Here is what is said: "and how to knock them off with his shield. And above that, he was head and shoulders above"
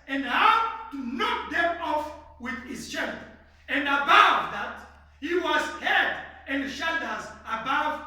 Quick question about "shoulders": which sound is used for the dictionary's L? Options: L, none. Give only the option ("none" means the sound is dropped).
none